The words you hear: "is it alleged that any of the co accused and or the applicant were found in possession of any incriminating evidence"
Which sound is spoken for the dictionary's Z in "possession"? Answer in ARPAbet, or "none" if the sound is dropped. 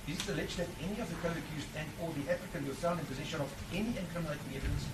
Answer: Z